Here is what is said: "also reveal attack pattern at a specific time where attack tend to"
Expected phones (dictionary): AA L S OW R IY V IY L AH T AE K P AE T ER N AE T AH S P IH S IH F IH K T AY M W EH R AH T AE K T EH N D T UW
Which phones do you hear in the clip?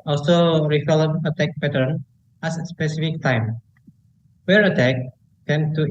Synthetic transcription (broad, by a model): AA L S OW R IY F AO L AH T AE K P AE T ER N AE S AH S P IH S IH F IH K T AY M W EH R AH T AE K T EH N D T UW